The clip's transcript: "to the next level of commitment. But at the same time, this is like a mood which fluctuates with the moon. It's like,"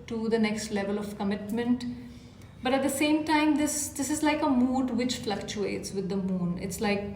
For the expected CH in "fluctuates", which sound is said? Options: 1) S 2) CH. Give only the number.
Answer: 2